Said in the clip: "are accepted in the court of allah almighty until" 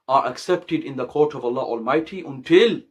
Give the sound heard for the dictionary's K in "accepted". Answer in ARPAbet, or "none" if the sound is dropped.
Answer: K